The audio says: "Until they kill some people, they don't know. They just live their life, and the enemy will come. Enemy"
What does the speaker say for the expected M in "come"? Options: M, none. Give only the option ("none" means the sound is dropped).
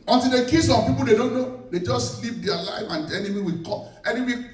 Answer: none